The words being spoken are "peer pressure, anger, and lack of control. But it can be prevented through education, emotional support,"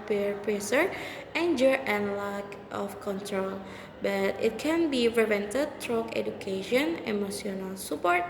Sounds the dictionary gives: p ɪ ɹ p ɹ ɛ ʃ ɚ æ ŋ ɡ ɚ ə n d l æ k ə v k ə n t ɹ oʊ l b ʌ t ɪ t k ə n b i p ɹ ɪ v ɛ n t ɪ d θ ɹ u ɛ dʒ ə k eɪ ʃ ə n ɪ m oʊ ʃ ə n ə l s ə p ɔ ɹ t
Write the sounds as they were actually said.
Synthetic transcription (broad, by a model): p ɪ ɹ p ɹ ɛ s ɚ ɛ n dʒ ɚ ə n l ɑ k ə f k ə n t ɹ oʊ l b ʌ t ɪ t k ə n b i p ɹ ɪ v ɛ n t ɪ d t ɹ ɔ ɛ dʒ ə k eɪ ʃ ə n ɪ m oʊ s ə n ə l s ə p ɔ ɹ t